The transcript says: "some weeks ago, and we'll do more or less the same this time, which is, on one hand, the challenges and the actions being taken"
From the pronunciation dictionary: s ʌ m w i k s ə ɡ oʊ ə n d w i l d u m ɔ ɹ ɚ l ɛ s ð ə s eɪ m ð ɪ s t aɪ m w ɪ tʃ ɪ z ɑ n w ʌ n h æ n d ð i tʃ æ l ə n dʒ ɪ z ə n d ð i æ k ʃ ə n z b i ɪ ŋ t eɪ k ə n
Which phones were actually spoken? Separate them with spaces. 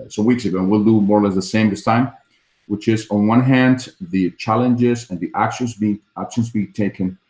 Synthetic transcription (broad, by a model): s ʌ w i k s ə ɡ oʊ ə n w i l d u m ɔ ɹ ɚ l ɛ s ð ə s eɪ m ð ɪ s t aɪ m w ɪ tʃ ɪ z n w ʌ n h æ n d ð i tʃ æ l ə n dʒ ɪ z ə n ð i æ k ʃ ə n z b i ɪ ŋ t eɪ k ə n